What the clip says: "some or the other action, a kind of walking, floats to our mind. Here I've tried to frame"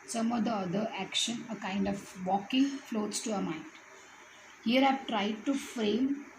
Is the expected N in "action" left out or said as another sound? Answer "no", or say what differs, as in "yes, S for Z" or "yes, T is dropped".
no